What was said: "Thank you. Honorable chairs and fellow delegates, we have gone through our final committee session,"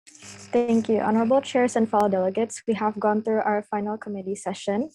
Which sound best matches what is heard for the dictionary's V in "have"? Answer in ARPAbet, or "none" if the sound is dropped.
V